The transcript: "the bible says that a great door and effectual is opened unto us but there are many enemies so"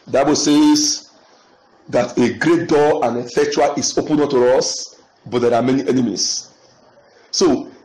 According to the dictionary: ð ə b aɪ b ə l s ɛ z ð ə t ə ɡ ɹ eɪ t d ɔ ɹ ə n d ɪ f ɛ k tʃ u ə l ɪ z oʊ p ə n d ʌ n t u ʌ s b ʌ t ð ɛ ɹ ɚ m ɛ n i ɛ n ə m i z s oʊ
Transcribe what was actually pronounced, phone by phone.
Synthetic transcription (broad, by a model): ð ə b aɪ b ə l s ɛ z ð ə t ə ɡ ɹ eɪ t d ɔ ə n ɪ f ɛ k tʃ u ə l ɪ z oʊ p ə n ɔ t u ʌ s b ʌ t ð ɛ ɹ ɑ m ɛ n i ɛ n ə m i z s oʊ